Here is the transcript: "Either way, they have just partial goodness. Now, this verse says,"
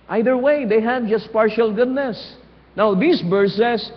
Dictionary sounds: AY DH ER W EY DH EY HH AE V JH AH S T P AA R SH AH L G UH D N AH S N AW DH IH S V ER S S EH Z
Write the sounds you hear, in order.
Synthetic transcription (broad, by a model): AY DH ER W EY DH EY HH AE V JH AH S T P AA R SH AH L G UH D N AH S N AW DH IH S B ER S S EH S